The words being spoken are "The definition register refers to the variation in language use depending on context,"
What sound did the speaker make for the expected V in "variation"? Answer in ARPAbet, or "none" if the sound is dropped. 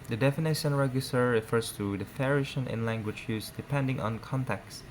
F